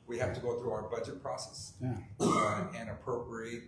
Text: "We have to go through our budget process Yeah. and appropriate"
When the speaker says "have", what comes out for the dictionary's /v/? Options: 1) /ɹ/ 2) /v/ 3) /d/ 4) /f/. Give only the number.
4